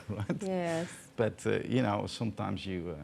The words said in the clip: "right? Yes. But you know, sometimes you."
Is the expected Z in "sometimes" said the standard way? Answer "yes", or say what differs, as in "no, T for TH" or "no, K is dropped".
yes